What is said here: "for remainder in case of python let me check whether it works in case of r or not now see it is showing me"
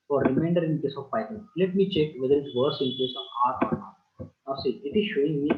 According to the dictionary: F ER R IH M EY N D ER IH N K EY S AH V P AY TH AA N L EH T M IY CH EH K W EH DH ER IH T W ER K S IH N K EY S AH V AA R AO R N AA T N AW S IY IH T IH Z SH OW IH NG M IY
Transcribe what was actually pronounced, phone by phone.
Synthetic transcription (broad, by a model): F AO R IH M EY N D ER IH N K EY S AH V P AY T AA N L EH T M IY CH EH K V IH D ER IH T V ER S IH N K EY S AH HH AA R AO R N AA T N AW S IY IH T IH Z SH OW IH NG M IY